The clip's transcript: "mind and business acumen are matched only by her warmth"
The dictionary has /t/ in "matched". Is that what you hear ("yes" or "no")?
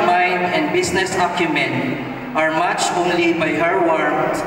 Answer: no